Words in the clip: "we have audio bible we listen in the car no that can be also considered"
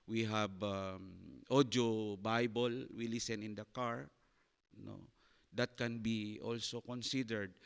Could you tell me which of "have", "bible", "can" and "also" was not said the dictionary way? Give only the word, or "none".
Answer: have